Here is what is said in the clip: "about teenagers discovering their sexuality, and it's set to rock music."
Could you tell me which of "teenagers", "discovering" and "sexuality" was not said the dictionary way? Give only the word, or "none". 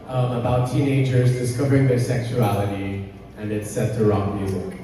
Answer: none